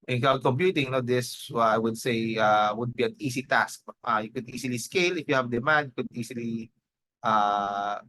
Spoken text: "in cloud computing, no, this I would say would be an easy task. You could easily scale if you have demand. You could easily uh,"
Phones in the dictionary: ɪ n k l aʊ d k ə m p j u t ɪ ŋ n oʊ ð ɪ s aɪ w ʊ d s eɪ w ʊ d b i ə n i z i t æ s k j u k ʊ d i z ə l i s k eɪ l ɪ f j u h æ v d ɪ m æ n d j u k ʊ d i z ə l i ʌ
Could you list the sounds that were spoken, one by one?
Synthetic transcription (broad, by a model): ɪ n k aʊ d k ə m p j u t ɪ ŋ n oʊ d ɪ s aɪ w ʊ d s eɪ w ʊ d b i ə n i s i t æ s k j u k ʊ d i s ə l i s k eɪ l ɪ f j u h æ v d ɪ m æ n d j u k ʊ d i s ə l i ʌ